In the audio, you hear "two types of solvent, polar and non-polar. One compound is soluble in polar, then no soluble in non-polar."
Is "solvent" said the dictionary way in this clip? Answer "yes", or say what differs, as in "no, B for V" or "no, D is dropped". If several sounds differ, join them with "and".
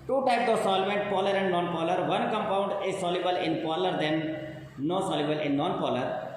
yes